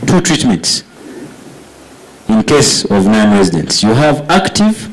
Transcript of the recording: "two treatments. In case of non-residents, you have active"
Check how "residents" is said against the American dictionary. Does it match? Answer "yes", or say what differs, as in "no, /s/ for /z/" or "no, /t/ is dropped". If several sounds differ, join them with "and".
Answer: yes